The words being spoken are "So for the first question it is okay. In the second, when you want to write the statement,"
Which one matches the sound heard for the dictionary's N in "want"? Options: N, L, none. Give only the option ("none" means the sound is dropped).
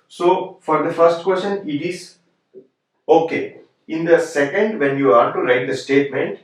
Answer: none